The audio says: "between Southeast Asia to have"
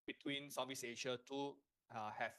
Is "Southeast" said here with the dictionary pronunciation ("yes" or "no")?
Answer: no